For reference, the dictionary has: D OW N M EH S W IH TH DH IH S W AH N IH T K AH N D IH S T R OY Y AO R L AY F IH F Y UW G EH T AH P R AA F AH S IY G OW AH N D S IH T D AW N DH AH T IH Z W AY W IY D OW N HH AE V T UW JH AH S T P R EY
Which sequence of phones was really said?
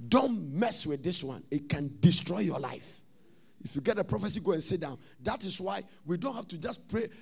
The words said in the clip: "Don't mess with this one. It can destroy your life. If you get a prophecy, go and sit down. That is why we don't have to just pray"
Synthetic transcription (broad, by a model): D OW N M EH S W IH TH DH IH S W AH N IH T K AH N D IH S T R OY Y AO L AY F IH F Y UW G EH T AH P R AA F AH S IY G OW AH N S IH T D AW N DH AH T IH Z W AY W IY D OW N HH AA F T UW JH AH S P R EY